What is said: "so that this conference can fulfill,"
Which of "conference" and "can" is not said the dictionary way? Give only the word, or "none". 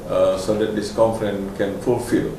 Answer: conference